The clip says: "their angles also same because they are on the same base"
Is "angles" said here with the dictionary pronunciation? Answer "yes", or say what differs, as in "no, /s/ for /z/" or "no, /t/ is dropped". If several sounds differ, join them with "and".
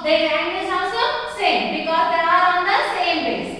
no, /l/ is dropped